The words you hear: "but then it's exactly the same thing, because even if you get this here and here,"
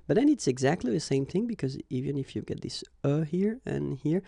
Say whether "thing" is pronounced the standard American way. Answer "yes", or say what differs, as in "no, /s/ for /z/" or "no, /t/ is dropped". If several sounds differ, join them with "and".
yes